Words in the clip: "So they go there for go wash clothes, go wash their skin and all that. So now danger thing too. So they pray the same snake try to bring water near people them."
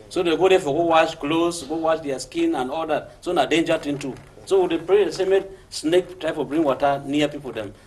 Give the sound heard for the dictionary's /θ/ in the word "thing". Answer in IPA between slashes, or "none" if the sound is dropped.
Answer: /t/